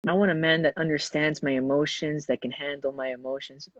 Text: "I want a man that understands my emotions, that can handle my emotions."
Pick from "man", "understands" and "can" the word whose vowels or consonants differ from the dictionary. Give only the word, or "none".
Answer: none